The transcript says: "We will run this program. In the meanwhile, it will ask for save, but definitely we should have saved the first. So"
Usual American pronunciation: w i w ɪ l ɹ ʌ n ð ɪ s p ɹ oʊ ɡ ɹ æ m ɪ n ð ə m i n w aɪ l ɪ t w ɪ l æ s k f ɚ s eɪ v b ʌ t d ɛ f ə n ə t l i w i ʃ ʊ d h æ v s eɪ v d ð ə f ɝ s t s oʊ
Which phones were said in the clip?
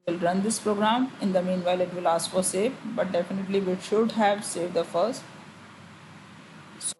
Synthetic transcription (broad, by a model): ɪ l ɹ ʌ n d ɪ s p ɹ oʊ ɡ ɹ æ m ɪ n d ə m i n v aɪ l ɪ t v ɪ l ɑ s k f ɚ s eɪ f b ʌ t d ɛ f ə n ə t l i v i ʃ ʊ d h æ v s eɪ v d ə f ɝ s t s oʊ